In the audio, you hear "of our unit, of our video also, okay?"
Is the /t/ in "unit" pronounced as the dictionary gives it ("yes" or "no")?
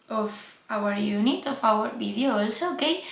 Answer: yes